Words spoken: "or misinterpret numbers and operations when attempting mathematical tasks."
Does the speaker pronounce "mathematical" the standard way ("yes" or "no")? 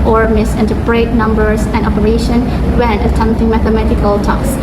yes